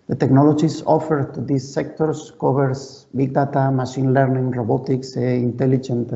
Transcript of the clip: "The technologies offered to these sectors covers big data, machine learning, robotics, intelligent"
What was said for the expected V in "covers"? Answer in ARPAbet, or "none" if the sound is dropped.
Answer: B